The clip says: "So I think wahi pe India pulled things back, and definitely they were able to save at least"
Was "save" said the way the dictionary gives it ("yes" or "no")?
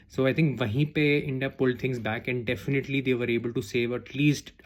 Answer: yes